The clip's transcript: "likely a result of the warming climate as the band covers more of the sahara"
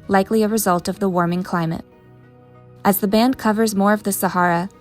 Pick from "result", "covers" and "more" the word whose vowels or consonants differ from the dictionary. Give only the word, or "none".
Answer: none